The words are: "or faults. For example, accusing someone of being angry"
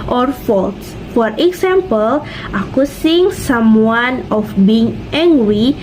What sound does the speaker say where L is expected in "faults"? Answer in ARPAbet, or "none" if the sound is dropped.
L